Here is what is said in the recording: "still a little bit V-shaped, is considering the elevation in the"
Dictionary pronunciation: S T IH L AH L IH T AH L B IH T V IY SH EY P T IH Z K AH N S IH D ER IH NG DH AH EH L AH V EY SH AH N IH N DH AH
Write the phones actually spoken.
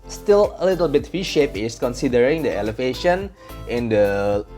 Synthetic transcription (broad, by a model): S T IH L AH L IH T AH L B IH T F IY SH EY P IH S K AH N S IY D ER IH NG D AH EH L AH V EY SH AH N IH N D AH